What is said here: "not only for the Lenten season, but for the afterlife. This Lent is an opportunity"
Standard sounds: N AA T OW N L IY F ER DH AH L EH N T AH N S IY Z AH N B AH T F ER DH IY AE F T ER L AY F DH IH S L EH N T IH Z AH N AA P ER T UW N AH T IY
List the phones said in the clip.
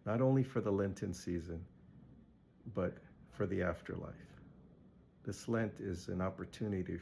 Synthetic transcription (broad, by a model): N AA T OW N L IY F ER DH AH L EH N T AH N S IY Z AH N B AH T F ER DH IY AE F T ER L AY F DH IH S L EH N T IH Z AH N AA P ER T UW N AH T IY